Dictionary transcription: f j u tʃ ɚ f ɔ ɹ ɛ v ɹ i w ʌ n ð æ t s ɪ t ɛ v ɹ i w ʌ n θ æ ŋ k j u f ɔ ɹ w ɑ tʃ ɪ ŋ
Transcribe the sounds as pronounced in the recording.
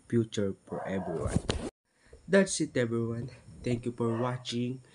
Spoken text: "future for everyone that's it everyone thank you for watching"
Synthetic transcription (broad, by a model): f j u tʃ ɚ f ɔ ɹ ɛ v ɹ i w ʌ n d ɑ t s ɪ t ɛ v ɹ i w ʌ n t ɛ ŋ k j u f ɔ ɹ w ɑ tʃ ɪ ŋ